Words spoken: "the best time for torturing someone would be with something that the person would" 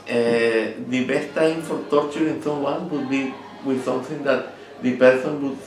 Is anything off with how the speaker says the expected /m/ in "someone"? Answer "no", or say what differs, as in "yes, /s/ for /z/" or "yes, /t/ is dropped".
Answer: yes, /m/ is dropped